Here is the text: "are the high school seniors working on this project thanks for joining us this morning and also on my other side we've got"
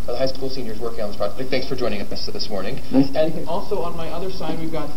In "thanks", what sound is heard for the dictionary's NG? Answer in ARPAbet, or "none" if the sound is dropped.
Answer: NG